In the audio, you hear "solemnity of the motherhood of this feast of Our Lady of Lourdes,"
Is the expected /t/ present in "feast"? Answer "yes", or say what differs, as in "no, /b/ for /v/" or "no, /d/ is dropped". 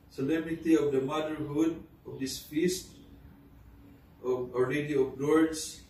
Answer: yes